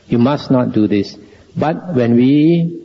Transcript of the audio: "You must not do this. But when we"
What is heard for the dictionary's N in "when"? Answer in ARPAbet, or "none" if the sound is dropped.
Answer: N